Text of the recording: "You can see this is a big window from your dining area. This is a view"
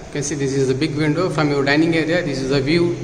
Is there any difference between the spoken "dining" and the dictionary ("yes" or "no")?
no